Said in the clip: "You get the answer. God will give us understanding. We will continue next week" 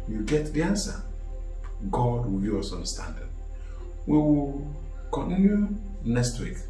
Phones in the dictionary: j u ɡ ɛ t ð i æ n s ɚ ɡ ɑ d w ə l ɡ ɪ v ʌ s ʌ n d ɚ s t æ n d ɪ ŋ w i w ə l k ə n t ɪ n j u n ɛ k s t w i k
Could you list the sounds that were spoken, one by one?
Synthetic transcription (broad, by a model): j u ɡ ɛ t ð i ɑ n s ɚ ɡ ɑ d w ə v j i ʌ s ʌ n s t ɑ n d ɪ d w i w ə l k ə n t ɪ n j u n ɛ k s t w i k